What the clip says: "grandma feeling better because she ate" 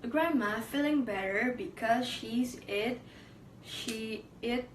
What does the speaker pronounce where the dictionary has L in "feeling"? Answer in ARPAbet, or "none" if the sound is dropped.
L